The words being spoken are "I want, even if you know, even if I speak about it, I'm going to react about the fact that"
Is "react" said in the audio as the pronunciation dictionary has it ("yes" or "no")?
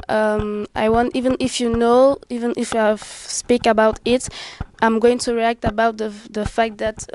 yes